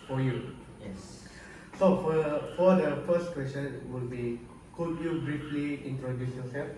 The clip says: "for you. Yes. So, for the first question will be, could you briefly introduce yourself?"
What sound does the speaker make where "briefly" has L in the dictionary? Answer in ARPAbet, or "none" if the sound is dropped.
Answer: L